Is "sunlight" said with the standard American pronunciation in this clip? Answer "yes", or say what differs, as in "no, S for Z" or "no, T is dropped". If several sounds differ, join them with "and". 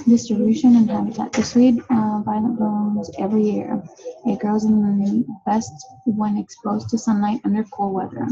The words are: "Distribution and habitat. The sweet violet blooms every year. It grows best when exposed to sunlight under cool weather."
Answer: yes